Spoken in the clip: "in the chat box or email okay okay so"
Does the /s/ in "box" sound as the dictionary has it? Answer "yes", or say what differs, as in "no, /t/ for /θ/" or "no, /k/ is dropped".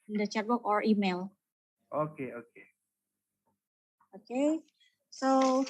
no, /s/ is dropped